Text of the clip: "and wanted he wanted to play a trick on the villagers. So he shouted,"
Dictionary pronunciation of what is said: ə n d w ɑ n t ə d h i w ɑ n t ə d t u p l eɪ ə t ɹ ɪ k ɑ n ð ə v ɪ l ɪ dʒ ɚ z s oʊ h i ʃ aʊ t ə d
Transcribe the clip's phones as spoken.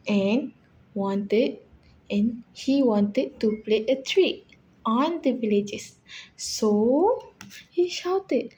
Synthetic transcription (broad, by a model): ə n w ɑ n t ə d h i w ɑ n t ə d t u p l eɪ ə t ɹ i ɑ n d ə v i l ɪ dʒ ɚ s s oʊ h i ʃ aʊ t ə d